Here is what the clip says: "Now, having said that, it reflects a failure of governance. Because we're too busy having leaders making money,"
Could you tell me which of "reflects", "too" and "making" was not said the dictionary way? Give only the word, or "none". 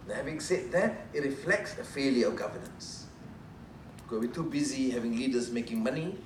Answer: none